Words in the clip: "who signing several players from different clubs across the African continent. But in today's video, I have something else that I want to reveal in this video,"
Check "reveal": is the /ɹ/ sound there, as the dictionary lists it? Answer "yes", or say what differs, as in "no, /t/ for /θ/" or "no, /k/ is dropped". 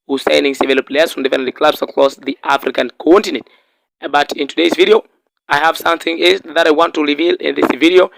yes